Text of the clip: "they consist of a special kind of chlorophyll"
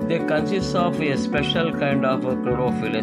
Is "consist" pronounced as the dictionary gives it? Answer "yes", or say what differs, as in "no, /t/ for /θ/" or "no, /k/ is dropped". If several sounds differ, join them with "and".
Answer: no, /t/ is dropped